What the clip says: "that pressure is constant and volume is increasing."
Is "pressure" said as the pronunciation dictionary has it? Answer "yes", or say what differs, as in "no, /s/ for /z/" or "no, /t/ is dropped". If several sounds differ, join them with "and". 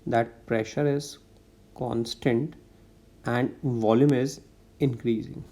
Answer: yes